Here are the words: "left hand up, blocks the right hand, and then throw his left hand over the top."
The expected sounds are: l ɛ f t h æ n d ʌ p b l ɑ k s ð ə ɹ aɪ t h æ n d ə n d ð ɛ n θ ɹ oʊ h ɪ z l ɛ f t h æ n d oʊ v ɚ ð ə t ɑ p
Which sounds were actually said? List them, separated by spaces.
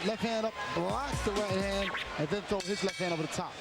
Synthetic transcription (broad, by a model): l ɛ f h æ n d ʌ p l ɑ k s ð ə ɹ aɪ t h æ n d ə n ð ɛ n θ oʊ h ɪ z l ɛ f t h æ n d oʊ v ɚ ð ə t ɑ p